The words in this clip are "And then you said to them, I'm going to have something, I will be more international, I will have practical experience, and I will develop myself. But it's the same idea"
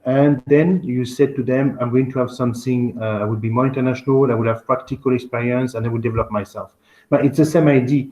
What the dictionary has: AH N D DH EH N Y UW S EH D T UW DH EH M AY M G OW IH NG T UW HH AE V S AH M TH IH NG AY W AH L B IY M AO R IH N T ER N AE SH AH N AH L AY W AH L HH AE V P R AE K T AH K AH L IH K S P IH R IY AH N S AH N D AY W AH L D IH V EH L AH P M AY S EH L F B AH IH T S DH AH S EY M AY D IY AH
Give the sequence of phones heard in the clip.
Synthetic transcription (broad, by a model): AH N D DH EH N Y UW S EH D T UW DH EH M AY M G OW IH NG T UW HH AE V S AH M TH IH NG AY W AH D B IY M AO R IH N T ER N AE SH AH N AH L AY W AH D HH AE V P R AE K T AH K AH L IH K S P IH R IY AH N S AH N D AY W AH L D IH V EH L AH P M AY S EH L F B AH IH T S DH AH S EY M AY D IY